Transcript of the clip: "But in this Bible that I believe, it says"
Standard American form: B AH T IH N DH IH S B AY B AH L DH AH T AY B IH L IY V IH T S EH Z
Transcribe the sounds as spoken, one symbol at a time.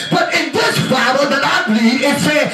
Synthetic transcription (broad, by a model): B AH T IH N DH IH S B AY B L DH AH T AY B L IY IH T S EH